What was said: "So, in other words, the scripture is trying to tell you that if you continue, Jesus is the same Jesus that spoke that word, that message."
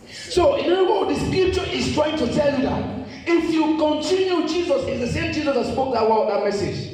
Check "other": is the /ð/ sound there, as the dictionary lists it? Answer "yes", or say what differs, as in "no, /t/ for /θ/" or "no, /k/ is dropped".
no, /ð/ is dropped